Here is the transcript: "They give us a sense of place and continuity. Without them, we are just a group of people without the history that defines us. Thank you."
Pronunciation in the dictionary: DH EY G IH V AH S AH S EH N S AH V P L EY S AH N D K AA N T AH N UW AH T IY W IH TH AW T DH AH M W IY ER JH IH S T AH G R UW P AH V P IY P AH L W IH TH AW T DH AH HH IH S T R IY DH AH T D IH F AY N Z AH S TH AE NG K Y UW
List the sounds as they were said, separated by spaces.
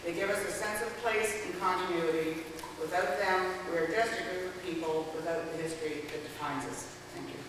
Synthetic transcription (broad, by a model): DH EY G IH V AH S AH S EH N S AH V P L EY S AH N K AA N T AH N UW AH T IY W IH TH AW T DH AH M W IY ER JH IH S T AH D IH F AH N P IY P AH L W IH TH AW T DH AH HH IH S T R IY DH AH T D IH F AY N Z AH S TH AE NG K Y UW